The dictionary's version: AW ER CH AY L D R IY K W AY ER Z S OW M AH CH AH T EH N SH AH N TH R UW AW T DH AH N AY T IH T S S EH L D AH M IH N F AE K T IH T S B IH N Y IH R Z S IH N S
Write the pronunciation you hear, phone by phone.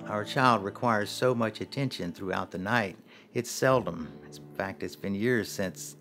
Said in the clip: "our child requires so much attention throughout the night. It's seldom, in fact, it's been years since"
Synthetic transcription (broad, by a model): AW ER CH AY L D R IY K W AY ER Z S OW M AH CH AH T EH N SH AH N TH R UW AW T DH AH N AY T IH T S S EH L D AH M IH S F AE K T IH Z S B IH N Y IH R Z S IH N S